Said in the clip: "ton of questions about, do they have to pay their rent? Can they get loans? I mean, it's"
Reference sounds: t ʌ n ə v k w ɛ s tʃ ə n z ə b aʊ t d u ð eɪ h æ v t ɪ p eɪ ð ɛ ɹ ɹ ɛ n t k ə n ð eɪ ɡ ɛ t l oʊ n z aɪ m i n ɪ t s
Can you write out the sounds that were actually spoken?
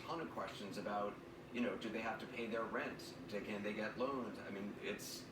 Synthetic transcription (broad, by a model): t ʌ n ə k w ɛ s tʃ ə n z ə b aʊ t d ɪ ð eɪ h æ f t ɪ p eɪ ð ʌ ɹ ɹ ɛ n t k ə n ð eɪ ɡ ɛ t l oʊ n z aɪ m i n ɪ t s